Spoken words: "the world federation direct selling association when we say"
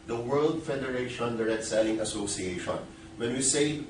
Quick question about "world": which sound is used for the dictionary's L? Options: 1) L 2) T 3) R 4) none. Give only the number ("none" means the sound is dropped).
1